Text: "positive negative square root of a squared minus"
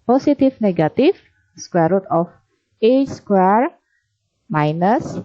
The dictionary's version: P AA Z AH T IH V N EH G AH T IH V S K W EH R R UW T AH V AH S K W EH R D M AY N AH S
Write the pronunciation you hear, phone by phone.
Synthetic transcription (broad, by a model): P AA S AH T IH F N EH G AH T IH F S K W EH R R UW T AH F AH S K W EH R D M AY N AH S